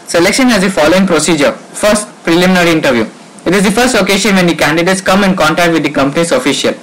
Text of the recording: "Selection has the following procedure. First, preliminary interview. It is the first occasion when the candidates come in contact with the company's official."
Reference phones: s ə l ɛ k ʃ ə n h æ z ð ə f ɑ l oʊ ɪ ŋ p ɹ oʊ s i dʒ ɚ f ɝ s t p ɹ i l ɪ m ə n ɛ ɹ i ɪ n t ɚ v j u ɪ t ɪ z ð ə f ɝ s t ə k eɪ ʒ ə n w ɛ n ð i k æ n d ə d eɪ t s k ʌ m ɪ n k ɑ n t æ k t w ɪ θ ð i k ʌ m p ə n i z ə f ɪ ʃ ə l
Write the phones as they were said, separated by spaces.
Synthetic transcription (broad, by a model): s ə l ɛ k ʃ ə n h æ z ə f ɑ l oʊ ɪ ŋ p ɹ oʊ s i dʒ ɚ f ɝ s t p ɹ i l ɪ m n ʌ ɹ i ɪ n t ɚ v j u ɪ t ɪ z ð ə f ɝ s t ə k eɪ ʃ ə n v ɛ n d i k æ n d ə d eɪ t s k ʌ m ɪ n k ɑ n t æ k t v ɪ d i k ʌ m p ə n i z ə f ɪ ʃ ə l